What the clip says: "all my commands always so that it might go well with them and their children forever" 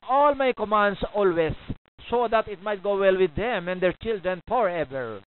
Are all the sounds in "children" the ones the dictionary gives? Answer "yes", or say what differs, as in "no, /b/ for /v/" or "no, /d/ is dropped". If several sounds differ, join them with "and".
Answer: yes